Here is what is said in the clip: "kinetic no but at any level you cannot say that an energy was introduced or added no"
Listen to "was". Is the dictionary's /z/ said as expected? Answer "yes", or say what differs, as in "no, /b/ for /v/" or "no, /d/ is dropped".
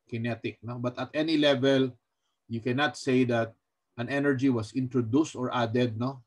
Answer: no, /s/ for /z/